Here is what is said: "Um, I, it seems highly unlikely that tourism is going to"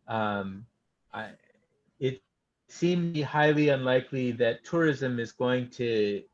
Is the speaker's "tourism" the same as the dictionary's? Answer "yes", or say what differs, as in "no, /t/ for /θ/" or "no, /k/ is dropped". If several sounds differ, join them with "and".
yes